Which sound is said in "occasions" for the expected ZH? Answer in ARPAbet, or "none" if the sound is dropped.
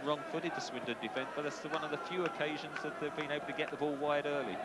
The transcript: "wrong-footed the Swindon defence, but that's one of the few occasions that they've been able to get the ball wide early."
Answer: ZH